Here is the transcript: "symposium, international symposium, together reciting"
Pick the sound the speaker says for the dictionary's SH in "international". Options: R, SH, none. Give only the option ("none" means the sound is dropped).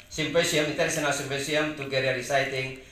none